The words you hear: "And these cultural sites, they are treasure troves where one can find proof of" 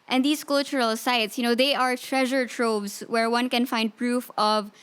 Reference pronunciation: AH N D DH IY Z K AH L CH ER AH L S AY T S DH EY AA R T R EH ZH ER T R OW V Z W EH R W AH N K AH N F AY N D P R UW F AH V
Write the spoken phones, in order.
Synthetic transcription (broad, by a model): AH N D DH IY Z K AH L CH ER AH L S AY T S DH EY AA R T R EH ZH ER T R OW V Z W EH R W AH N K AH N F AY N D P R UW F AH V